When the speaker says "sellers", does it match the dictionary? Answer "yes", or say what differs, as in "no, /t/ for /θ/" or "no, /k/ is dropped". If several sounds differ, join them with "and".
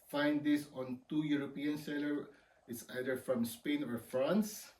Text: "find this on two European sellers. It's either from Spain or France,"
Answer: no, /z/ is dropped